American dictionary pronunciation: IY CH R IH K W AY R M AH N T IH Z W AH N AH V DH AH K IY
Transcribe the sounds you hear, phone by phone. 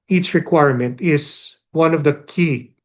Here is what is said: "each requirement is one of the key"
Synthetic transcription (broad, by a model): IY CH R IH K W AY R M AH N T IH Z W AH N AH V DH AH K IY